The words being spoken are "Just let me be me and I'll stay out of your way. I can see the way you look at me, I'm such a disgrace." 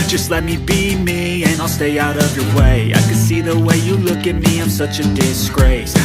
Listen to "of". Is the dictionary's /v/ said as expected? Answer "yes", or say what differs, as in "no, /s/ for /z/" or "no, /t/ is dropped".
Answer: yes